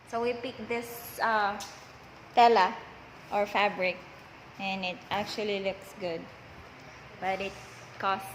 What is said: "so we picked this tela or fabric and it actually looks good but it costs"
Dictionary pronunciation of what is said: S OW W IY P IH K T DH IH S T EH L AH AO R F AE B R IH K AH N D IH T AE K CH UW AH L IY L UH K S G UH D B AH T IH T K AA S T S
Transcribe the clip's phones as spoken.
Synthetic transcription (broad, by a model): S OW W IY P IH K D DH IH S T EH L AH AO R F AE B R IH K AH N IH T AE K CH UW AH L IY L UH K S G UH D B AH T IH T K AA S S